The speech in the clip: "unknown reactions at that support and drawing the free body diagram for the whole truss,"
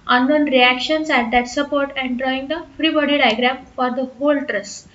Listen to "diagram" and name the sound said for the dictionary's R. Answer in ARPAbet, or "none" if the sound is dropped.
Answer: R